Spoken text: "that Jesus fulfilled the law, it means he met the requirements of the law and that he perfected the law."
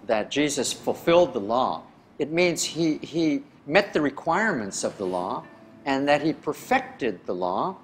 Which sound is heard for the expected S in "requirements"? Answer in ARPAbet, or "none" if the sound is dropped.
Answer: S